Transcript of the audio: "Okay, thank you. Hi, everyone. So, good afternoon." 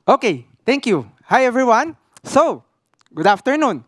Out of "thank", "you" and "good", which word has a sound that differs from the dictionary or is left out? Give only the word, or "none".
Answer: thank